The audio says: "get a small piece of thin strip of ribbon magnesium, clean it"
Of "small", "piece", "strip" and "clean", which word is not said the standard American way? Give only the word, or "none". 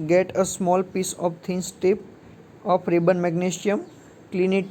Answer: strip